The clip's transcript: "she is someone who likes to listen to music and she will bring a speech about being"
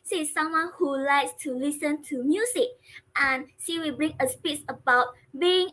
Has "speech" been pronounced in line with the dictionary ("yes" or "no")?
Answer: no